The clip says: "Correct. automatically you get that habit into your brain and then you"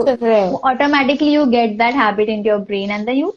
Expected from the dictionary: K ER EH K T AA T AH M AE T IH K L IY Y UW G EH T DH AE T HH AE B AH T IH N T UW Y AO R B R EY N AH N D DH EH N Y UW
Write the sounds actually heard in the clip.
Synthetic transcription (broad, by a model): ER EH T AA T AH M AE T IH K L IY Y UW G EH T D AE T HH AE B AH T IH N T UW Y AO R B R EY N AH N D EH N Y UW